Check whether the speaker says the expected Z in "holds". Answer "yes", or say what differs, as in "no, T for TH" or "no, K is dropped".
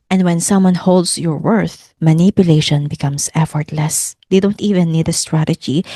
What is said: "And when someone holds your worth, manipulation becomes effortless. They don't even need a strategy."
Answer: no, S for Z